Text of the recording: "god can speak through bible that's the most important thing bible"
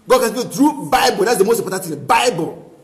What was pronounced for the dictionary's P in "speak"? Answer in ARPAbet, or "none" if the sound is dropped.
B